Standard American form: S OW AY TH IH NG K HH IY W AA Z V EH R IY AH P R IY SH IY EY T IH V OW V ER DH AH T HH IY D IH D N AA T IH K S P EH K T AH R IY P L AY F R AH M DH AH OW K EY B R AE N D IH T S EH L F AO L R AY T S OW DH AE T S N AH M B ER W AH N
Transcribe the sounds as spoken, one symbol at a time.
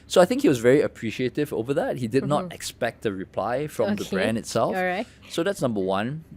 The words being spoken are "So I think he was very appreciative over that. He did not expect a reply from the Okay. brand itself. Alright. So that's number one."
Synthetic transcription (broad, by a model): S OW AY TH IH NG K HH IY W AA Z V EH R IY AH P R IY SH IY EY T IH V OW V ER DH AH T HH IY D IH D N AA T IH K S P EH K T AH R IY P L AY F R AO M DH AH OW B R AE N D IH T S EH L F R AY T S OW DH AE T S N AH M B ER W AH N